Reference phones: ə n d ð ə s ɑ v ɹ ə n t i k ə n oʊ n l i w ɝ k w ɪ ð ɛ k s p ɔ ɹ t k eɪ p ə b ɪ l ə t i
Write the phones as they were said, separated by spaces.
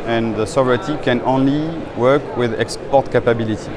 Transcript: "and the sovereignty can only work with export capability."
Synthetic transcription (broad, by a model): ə n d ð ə s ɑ v ɹ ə t i k ə n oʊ n l i w ɝ k w ɪ ð ɛ k s p ɔ ɹ t k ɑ p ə b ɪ l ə t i